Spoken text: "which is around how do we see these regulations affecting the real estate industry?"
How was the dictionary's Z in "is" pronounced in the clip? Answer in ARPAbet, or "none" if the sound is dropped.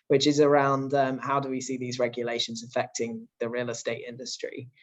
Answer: Z